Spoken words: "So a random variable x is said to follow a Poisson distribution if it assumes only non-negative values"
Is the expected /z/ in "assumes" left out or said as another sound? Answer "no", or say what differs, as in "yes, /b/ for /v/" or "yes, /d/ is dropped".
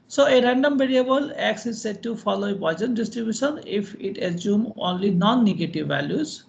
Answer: yes, /z/ is dropped